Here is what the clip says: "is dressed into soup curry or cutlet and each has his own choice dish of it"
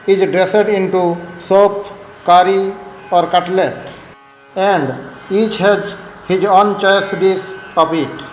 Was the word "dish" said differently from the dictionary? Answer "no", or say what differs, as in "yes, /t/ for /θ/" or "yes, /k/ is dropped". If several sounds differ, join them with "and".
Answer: yes, /s/ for /ʃ/